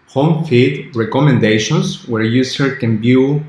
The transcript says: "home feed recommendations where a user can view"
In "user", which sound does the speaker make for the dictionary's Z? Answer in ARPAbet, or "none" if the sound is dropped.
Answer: S